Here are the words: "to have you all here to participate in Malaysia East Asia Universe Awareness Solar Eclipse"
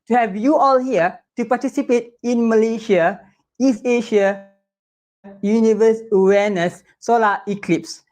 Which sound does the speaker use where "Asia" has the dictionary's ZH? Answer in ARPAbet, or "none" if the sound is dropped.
SH